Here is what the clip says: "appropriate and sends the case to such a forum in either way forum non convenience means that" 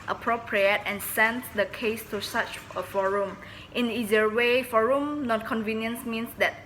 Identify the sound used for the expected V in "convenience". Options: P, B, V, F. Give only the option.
V